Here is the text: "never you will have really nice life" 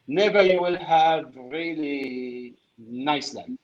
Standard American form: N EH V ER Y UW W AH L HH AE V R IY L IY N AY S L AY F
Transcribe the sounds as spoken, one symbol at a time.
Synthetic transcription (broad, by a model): N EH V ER Y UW W AH L HH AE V R IY L IY N AY S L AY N